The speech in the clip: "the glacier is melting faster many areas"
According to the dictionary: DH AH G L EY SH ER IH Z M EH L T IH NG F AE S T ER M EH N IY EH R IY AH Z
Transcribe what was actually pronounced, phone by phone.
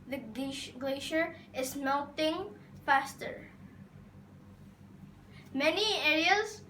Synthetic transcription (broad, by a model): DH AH G L EY SH ER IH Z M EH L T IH NG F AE S T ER M EH N IY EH R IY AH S